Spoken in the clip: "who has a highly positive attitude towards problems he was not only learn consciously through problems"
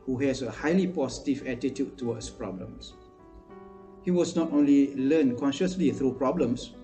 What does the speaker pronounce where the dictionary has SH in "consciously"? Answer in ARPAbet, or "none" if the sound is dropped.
SH